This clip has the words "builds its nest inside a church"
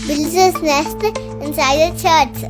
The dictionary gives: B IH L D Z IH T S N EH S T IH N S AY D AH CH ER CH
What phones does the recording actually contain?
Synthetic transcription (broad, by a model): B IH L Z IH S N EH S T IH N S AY AH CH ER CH